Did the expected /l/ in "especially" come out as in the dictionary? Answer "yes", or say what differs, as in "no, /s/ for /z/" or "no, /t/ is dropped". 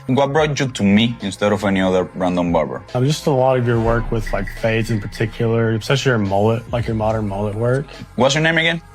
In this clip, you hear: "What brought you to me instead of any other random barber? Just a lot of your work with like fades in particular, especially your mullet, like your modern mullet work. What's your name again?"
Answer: no, /l/ is dropped